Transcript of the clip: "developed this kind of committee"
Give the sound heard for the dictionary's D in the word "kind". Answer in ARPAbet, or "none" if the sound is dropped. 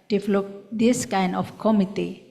D